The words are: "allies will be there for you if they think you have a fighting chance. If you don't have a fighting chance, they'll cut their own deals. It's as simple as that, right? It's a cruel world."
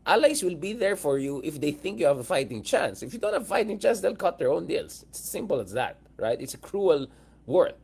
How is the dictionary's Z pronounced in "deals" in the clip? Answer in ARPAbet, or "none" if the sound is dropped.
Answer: S